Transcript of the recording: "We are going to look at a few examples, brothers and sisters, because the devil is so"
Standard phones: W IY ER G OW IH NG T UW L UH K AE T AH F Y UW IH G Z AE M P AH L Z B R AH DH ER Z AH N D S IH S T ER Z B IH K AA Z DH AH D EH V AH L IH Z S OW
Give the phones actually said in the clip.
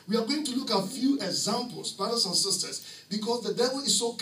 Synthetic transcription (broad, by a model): W IY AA G OW IH NG T UW L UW K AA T F Y UW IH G Z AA M P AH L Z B R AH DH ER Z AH N S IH S T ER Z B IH K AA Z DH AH D EH V AH L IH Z S OW